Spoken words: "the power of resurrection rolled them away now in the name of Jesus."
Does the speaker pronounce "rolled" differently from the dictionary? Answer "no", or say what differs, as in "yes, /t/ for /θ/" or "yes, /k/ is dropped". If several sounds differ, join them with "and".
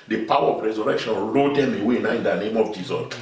yes, /l/ is dropped